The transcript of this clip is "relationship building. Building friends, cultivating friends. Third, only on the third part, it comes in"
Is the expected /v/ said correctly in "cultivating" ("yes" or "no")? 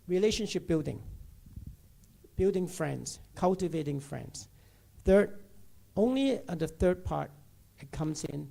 yes